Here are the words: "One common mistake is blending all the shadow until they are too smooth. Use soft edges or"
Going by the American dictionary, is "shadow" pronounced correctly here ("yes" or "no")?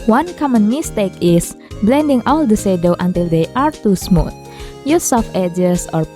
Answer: no